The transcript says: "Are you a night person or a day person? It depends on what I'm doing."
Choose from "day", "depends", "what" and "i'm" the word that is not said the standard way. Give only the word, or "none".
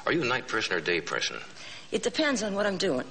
none